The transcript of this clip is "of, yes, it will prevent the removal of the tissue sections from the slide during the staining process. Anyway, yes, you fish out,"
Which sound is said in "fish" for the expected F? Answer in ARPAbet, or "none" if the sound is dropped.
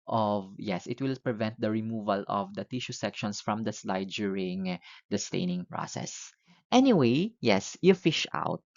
F